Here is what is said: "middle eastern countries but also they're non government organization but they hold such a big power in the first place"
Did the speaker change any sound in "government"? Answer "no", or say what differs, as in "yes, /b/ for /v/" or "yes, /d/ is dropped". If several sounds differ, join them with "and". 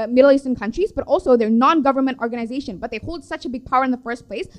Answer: no